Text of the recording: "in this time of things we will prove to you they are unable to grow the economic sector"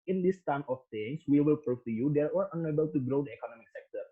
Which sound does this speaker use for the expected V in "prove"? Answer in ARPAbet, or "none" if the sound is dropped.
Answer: F